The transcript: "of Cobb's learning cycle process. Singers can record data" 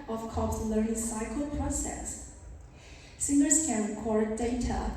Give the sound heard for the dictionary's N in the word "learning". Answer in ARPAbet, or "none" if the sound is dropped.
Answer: none